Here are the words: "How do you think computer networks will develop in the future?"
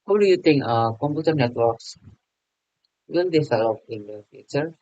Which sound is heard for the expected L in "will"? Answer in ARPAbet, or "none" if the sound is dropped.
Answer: N